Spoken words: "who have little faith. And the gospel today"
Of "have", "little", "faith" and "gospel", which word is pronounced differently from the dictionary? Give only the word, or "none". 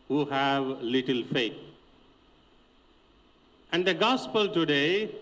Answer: faith